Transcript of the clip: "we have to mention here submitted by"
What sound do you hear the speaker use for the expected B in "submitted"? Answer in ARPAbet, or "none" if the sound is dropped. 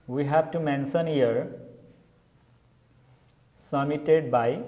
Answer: none